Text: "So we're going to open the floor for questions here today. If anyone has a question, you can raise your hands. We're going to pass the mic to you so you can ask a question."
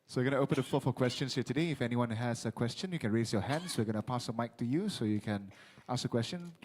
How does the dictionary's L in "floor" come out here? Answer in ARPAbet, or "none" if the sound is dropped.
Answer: none